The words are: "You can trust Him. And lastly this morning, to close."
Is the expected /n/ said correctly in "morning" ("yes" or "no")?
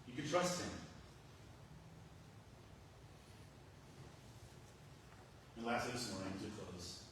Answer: no